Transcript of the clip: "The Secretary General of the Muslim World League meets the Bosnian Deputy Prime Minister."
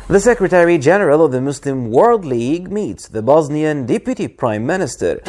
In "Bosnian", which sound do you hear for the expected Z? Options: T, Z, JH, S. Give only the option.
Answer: Z